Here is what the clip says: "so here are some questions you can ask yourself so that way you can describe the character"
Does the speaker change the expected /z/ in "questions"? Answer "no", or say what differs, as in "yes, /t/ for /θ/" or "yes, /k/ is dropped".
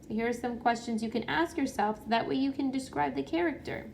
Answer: no